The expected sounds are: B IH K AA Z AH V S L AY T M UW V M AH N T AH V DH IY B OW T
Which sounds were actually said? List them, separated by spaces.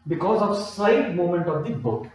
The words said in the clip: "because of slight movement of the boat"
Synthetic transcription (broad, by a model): B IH K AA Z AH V S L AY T M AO M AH N T AH V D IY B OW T